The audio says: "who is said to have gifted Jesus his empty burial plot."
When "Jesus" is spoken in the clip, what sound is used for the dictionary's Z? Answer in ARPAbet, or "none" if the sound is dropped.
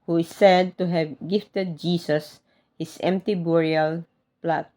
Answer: S